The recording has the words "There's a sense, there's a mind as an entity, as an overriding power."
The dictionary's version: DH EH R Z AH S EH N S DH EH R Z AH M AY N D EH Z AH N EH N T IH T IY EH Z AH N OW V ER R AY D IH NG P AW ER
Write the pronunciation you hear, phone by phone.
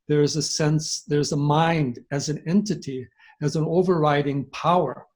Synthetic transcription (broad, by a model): DH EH R Z AH S EH N S DH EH R Z AH M AY N D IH Z AH N EH N T IH T IY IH Z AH N OW V ER R AY D IH NG P AW ER